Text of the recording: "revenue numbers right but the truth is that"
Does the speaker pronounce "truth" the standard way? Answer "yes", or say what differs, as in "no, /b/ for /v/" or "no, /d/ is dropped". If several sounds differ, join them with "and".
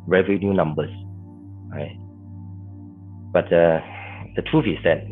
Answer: no, /f/ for /θ/